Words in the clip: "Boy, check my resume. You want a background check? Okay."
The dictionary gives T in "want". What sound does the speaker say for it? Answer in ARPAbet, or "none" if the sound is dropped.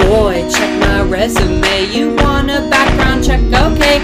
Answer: none